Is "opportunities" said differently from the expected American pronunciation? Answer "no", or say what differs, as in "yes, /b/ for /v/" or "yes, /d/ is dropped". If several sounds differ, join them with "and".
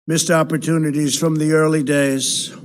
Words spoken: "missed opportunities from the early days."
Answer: no